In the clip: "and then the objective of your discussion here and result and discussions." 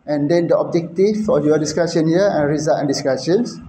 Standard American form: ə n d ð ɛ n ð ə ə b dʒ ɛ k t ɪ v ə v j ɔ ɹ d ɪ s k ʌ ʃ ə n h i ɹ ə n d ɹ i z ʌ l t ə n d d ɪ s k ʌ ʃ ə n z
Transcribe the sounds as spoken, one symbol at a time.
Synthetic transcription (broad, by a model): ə n d ɛ n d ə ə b dʒ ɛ k t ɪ f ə j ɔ d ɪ s k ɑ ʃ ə n h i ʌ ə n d ɹ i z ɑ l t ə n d d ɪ s k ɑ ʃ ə n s